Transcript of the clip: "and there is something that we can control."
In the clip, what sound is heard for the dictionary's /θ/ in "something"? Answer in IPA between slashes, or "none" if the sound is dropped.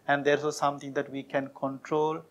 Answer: /t/